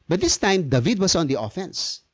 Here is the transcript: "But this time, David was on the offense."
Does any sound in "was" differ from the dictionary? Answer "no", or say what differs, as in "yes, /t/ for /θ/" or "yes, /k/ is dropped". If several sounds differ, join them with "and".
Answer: yes, /s/ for /z/